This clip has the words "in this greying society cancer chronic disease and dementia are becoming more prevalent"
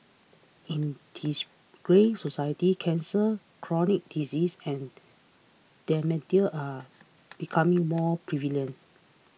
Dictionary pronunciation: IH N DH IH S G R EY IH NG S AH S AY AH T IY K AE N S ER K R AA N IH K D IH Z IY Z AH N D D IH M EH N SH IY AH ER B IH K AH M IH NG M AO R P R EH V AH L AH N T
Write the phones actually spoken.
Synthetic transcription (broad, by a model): IH N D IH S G R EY S AH S AY AH T IY K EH N S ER K R AA N IH K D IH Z IY S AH N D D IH M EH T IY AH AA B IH K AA M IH NG M AO P R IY V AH L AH N